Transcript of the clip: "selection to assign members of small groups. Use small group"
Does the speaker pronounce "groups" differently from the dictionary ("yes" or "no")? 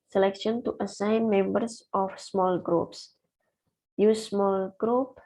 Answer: no